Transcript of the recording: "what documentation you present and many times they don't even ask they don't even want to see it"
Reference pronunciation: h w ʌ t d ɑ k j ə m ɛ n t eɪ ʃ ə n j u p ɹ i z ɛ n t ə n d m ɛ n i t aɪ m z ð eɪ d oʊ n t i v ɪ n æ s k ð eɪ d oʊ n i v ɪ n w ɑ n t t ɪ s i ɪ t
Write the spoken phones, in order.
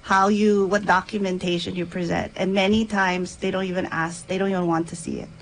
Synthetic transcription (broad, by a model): h w ʌ t d ɑ k j ə m ɛ n t eɪ ʃ ə n j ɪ p ɹ i z ɛ n t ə n m ɛ n i t aɪ m z ð eɪ d oʊ n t i v ɪ n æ s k ð eɪ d oʊ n i v ɪ n w ɑ n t t ɪ s i ɪ t